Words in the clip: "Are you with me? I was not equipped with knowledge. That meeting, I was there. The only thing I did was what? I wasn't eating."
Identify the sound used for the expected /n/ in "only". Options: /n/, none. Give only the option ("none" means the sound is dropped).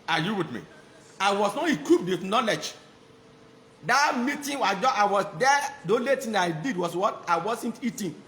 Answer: none